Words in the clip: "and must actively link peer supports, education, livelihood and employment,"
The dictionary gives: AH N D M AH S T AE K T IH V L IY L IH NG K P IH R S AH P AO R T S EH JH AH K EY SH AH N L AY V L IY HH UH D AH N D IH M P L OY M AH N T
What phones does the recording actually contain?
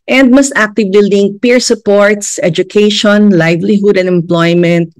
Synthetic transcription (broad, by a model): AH N D M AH S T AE K T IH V IY L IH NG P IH R S AH P AO R T S EH JH AH K EY SH AH N L AY V L IY HH UH D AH N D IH M P L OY M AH N T